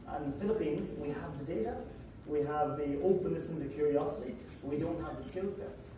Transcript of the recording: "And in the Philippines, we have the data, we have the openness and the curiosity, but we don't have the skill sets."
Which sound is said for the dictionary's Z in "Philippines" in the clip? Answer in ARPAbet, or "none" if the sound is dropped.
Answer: Z